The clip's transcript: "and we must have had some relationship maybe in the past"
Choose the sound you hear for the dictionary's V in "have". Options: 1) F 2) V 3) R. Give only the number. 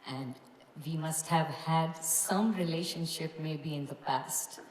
2